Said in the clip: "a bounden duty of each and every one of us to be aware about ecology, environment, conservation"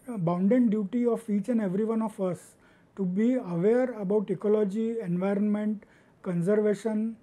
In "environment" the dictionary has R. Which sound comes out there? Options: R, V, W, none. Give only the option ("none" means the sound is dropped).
R